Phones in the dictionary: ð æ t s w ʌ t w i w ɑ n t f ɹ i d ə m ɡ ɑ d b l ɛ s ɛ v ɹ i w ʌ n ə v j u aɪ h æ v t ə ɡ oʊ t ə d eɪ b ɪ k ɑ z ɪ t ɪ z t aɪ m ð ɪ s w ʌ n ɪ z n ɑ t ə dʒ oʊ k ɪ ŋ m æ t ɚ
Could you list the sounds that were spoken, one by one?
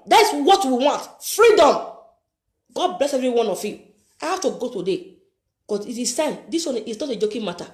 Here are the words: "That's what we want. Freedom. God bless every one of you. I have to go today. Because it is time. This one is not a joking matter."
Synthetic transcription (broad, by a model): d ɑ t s w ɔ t w i w ɑ n t f ɹ i d ə m ɡ ɑ d b l ɛ s ɛ v ɹ i w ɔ n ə f j u aɪ h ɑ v t ə ɡ oʊ t ə d eɪ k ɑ s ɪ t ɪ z t aɪ m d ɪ s w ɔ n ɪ s n ɑ t ə dʒ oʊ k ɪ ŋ m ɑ t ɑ